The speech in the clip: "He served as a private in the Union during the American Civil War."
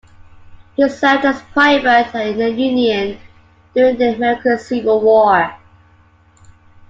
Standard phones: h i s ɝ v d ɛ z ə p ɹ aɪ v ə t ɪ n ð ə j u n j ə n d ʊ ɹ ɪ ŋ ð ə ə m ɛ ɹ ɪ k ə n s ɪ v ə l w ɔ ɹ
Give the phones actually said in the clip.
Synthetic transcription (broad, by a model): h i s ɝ d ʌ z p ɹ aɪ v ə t ɪ n ð ə j u n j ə n d ʊ ɹ ɪ ŋ ð ə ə m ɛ ɹ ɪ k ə s ɪ v ə l w ɔ